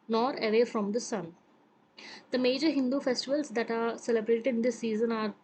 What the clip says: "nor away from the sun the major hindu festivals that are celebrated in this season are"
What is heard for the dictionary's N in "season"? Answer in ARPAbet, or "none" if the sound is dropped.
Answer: N